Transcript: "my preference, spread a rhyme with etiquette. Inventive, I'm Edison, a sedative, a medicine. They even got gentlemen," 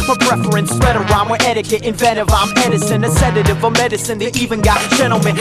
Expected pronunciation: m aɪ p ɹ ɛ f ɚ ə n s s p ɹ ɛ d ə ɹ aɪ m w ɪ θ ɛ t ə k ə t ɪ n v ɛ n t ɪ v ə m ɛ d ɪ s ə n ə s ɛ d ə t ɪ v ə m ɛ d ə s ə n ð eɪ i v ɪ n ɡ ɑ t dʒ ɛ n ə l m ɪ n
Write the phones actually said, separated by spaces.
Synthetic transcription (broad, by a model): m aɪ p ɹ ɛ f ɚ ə n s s ɹ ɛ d ə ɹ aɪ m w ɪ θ ɛ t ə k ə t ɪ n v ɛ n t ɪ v ə m ɛ d ɪ s ə n ə s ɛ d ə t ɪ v ə m ɛ d ə s ə n ð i i v ɪ n ɡ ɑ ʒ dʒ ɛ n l m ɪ n